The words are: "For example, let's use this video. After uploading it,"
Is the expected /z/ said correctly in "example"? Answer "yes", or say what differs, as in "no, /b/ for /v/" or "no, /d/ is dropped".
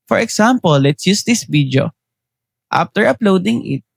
no, /s/ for /z/